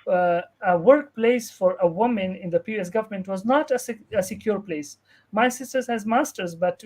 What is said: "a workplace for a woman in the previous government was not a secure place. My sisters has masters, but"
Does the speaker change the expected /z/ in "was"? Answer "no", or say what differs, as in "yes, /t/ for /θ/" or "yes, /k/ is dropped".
no